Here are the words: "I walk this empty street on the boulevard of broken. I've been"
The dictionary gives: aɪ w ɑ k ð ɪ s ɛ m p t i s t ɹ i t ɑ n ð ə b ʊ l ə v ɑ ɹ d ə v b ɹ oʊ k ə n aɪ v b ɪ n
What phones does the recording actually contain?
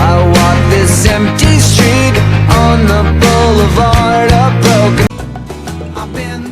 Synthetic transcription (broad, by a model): aɪ w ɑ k ð ɪ s ɛ m p t i s t ɹ i t n ð ə b ʊ l ə v ɑ ɹ d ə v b ɹ oʊ ə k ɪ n